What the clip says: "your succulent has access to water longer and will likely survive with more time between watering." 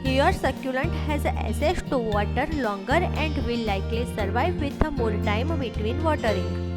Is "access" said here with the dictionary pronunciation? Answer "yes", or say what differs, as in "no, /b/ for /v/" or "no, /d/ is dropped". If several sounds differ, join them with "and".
no, /k/ is dropped